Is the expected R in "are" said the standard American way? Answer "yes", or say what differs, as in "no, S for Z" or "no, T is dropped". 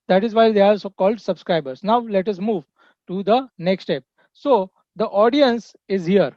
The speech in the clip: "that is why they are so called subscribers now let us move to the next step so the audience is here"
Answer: no, L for R